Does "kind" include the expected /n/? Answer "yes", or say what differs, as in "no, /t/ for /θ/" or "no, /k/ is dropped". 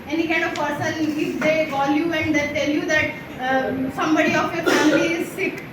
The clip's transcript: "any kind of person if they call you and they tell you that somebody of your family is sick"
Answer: no, /n/ is dropped